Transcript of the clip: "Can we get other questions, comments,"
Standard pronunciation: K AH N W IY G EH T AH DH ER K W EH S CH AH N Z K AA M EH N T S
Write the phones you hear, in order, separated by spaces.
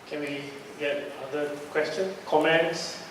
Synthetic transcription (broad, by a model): K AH N W IY G EH T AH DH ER K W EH S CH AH N K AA M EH N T S